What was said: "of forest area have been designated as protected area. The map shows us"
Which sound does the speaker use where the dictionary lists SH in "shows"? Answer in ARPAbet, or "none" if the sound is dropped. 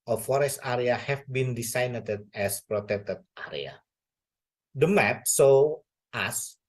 S